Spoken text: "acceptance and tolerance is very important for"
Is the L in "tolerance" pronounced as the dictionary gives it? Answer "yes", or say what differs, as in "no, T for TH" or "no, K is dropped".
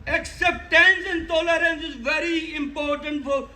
yes